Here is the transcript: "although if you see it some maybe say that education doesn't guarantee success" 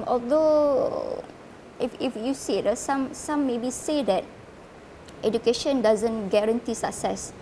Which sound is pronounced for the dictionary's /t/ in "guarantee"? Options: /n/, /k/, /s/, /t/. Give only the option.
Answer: /t/